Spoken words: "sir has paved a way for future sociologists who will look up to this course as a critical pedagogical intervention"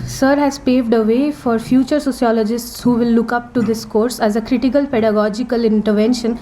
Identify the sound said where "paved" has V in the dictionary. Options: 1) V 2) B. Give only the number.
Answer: 1